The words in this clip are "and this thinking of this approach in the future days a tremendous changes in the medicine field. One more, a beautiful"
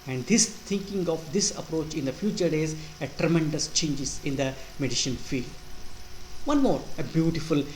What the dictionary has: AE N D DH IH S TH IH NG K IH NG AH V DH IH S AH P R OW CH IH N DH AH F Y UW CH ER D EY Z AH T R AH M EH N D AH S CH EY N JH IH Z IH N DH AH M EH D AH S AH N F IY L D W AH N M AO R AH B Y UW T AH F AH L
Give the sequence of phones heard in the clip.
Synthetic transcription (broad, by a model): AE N D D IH S T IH NG K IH NG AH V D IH S AH P R OW CH IH N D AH F Y UW CH ER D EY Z AH T R AH M EH N D AH S CH EY N JH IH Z IH N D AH M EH D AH SH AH N F IY L D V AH N M AO R AH B Y UW T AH F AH L